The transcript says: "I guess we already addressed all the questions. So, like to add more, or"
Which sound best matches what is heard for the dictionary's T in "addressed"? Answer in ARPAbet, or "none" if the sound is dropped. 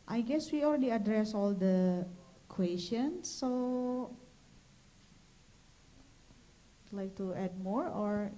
none